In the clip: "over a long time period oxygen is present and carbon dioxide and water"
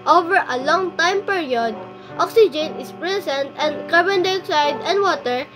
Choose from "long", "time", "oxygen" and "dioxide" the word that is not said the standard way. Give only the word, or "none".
dioxide